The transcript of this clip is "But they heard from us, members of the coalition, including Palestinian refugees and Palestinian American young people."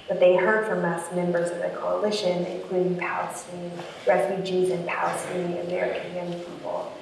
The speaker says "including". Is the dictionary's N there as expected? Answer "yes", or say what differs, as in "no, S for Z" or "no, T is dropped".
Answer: yes